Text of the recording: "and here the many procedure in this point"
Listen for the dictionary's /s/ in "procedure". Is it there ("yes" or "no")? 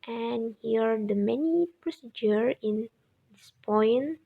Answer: yes